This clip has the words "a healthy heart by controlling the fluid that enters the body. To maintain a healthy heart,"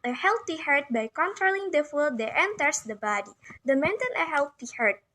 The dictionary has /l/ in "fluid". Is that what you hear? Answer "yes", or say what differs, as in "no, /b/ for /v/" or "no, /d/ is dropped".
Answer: no, /l/ is dropped